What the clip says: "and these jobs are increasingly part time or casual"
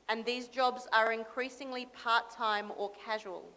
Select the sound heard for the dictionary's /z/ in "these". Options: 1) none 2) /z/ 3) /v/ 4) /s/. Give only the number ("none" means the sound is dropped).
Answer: 2